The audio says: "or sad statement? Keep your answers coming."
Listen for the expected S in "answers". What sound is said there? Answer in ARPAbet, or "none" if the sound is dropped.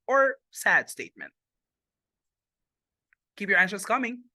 SH